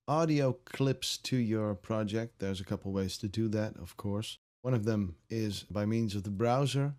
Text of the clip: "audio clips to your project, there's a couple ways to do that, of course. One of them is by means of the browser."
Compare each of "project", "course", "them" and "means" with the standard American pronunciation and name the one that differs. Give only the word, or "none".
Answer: none